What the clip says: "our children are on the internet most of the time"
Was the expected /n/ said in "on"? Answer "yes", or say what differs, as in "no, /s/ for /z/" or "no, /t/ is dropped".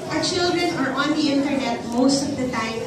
yes